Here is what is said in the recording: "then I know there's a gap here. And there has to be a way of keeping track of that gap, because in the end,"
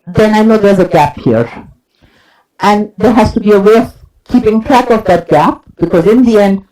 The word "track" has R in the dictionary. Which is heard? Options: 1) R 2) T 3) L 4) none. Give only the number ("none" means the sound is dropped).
1